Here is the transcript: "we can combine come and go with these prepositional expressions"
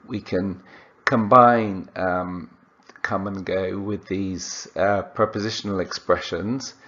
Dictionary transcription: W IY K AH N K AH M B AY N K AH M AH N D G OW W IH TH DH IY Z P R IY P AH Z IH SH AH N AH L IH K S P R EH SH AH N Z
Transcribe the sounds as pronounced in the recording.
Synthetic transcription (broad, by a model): W IY K AH N K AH M B AY N K AH M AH N G OW W IH DH IY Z P R IY P AH Z IH SH AH N AH L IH K S P R EH SH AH N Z